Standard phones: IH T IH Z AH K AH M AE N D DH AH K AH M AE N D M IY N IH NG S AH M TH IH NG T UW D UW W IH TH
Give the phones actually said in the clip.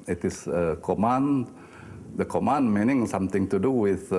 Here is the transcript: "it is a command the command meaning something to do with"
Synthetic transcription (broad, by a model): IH T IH S AH K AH M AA N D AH K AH M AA N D M IY N IH NG S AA M T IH NG T UW D UW W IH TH